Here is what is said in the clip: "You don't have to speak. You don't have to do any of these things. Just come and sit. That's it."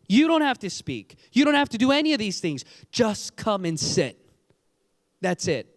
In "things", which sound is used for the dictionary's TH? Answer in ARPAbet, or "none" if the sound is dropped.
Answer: TH